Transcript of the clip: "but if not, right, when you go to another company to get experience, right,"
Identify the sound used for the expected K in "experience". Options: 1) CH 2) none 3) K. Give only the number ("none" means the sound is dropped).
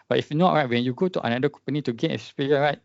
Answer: 2